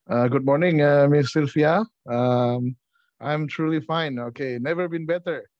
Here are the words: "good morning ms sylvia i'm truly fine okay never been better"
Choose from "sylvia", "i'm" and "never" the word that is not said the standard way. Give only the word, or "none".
sylvia